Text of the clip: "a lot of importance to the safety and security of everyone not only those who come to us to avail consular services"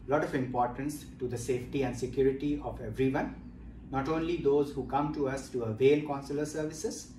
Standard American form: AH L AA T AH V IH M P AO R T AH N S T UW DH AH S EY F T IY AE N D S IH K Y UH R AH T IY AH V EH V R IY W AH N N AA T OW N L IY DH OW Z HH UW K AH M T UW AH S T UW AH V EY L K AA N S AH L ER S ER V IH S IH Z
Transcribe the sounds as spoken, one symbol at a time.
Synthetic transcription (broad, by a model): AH L AA T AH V IH M P AO R T AH N S T UW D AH S EY F T IY AE N D S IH K Y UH R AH T IY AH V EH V R IY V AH N N AA T OW N L IY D OW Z HH UW K AH M T UW AH S T UW AH V EY L K AA N S AH L ER S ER V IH S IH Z